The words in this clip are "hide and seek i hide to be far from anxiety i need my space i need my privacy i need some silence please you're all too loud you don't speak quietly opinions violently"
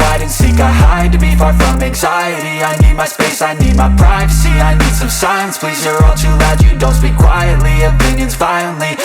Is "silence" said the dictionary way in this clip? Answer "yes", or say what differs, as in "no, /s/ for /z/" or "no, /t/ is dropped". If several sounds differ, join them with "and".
no, /l/ is dropped